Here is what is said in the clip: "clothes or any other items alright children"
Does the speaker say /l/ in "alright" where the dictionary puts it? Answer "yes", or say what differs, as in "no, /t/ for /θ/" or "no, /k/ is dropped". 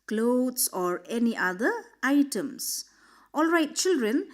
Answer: yes